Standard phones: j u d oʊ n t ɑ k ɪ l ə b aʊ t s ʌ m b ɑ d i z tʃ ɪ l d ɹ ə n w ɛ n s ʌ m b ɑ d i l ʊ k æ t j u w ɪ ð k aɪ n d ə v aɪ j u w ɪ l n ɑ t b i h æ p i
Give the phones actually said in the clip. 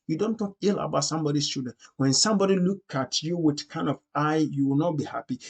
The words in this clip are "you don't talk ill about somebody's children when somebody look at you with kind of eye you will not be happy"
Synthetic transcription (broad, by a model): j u d oʊ n t ɑ k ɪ l ə b aʊ t s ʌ m b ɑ d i s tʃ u d ə n w ɛ n s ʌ m b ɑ d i l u k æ t j u w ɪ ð k aɪ n d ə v aɪ j u w ɪ l n ɑ t b i h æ p i